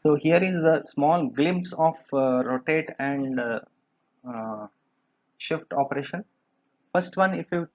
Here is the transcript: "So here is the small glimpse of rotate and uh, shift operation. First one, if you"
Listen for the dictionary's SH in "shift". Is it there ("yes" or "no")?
yes